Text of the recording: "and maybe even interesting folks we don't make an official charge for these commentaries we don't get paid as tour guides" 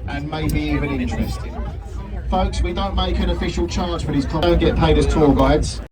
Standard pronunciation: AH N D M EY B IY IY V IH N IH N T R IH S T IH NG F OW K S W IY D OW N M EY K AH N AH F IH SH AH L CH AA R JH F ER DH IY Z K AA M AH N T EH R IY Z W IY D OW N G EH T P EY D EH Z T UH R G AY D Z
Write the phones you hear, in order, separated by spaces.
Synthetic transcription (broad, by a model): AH N M EY B IY IY V IH N IH N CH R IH S T IH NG F OW K S W IY D OW N M EY K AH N AH F IH SH AH L CH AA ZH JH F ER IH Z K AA AH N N G EH T P EY D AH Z T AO L G AY D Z